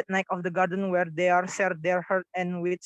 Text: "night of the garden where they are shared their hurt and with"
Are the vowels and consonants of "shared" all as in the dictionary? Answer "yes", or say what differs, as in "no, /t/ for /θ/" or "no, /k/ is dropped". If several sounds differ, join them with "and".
no, /s/ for /ʃ/